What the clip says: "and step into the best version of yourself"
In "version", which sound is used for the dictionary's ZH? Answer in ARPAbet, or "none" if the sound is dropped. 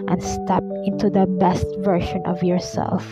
SH